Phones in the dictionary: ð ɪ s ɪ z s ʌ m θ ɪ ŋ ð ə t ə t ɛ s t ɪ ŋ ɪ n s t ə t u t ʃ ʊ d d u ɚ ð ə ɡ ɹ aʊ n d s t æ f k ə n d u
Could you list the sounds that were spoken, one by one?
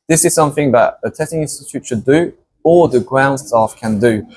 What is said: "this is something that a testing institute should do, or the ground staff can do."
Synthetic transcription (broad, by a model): ð ɪ s ɪ z s ʌ m θ ɪ ŋ ð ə t ə t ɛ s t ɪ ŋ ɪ n s t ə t u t ʃ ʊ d d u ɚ ð ə ɡ ɹ aʊ n d s t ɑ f k ə n d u